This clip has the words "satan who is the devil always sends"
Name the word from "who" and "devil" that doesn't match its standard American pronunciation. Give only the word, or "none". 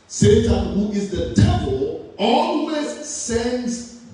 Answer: devil